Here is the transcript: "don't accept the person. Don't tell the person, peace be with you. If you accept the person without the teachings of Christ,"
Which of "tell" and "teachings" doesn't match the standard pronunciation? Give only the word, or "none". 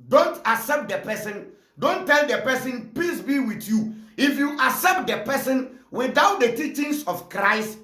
teachings